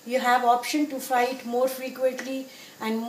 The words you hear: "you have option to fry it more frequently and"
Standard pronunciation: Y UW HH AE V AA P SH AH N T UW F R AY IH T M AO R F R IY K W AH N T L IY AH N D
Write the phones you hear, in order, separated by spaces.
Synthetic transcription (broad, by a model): Y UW HH AE V AA P SH AH N T UW F AY IH T M AO R F R IY K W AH N T L IY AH N D